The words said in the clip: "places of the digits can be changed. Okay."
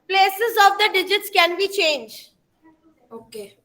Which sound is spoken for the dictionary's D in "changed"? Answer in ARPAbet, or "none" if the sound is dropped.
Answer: none